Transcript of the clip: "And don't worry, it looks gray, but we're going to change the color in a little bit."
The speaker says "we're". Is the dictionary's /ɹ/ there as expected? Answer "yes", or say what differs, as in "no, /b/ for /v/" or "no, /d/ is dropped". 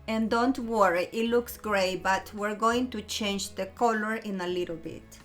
yes